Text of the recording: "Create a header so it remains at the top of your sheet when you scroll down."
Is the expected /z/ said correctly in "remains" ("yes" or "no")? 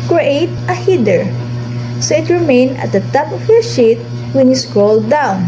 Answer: no